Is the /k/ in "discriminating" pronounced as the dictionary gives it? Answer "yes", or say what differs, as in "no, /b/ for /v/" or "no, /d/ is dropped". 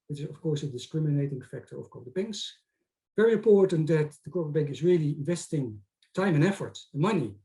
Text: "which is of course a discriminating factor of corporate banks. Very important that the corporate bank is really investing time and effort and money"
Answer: yes